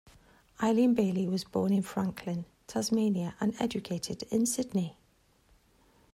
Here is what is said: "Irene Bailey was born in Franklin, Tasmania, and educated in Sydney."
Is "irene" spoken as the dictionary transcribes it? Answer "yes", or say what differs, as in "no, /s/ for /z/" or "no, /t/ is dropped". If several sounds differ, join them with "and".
no, /l/ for /ɹ/